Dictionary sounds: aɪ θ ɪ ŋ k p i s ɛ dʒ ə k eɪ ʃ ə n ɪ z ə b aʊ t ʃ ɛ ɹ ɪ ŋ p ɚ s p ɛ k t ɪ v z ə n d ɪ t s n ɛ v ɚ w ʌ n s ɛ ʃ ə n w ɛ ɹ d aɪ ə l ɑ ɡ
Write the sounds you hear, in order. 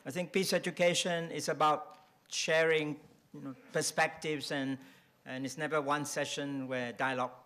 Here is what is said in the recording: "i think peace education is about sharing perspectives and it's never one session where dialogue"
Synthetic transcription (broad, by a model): aɪ θ ɪ ŋ k p i s ɛ dʒ ə k eɪ ʃ ə n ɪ s ə b aʊ t ʃ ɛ ɹ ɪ ŋ p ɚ s p ɛ k t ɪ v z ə n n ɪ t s n ɛ v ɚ w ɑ n s ɛ ʃ ə n w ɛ d aɪ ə l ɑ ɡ